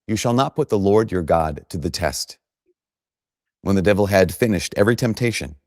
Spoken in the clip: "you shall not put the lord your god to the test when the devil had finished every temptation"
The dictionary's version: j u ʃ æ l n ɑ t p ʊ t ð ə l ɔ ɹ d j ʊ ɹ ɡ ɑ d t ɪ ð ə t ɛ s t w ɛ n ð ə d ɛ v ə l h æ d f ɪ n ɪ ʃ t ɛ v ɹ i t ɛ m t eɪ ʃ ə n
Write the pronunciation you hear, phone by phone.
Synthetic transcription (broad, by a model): j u ʃ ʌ l n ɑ t p ʊ t ð ə l ɔ ɹ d j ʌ ɹ ɡ ɑ d t ɪ ð ə t ɛ s t w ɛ n ð ə d ɛ v l h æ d f ɪ n ɪ ʃ t ɛ v ɹ i t ɛ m t eɪ ʃ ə n